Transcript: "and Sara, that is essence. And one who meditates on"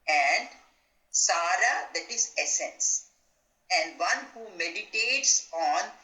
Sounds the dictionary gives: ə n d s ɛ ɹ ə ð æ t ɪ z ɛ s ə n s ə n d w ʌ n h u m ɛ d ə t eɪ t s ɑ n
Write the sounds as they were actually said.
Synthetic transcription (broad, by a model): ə n d s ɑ ɹ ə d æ t ɪ z ɛ s ə n s ə n d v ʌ n h u m ɛ d ə t eɪ t s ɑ n